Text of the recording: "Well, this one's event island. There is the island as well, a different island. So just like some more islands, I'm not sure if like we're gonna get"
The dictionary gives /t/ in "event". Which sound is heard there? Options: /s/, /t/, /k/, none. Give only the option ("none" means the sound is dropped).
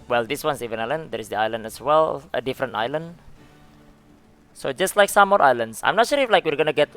none